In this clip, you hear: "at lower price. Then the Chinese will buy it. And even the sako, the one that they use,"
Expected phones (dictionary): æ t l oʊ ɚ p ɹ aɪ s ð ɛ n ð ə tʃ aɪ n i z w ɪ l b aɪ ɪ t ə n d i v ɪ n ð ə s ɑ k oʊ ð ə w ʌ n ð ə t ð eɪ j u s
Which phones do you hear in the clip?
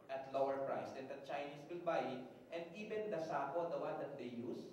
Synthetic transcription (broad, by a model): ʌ t l oʊ ɚ p ɹ aɪ s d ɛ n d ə tʃ aɪ n i s w ɪ l b aɪ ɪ t ə n d i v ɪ n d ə s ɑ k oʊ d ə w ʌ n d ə t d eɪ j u s